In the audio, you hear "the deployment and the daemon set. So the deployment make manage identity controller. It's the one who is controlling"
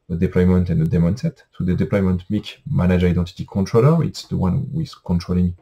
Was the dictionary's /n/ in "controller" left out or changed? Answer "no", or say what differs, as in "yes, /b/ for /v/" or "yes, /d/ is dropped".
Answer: no